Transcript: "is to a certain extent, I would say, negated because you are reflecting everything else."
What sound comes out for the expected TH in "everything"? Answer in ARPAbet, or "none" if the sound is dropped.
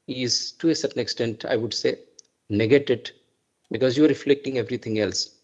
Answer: T